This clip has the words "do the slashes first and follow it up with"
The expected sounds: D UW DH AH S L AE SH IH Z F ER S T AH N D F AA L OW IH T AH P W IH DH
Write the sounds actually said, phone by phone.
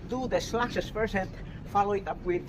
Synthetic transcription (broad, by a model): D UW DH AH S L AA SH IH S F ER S AH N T F AA L OW IH T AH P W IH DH